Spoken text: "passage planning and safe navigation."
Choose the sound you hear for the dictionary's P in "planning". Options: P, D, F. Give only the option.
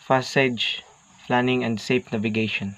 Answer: F